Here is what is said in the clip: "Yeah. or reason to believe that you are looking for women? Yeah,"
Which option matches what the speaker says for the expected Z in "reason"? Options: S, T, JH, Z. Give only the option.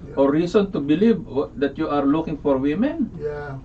S